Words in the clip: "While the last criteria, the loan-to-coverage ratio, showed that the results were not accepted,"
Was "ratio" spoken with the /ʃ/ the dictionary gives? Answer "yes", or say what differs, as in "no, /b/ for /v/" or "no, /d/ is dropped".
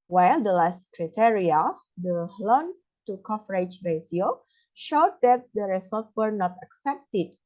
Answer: no, /s/ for /ʃ/